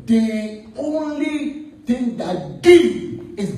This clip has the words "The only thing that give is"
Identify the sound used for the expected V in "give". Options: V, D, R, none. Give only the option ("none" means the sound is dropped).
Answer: none